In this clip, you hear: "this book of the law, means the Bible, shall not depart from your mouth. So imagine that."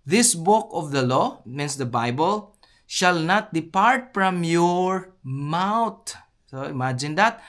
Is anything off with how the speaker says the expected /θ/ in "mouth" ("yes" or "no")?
yes